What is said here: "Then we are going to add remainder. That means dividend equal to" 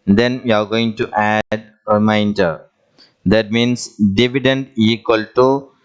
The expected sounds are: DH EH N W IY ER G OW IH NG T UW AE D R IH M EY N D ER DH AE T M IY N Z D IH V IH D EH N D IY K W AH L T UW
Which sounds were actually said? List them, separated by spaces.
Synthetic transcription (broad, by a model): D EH N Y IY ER G OW IH NG T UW AE D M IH IH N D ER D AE T M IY N S D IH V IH D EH N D IY K W AH L T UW